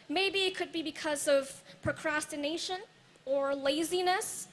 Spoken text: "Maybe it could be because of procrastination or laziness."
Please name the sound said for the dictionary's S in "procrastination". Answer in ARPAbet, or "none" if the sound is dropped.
S